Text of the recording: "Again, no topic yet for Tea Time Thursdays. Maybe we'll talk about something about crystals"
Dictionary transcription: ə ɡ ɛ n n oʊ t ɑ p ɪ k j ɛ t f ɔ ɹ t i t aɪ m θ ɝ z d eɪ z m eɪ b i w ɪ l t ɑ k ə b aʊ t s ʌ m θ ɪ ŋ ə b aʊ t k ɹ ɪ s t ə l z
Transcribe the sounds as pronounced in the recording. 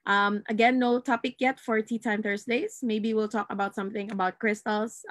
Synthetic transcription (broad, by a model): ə ɡ ɛ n n oʊ t ɑ p ɪ k j ɛ t f ɔ ɹ t i t aɪ m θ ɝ s d eɪ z m eɪ b i w ɪ l t ɑ k ə b aʊ t s ʌ m θ ɪ ŋ ə b aʊ t k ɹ ɪ s t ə l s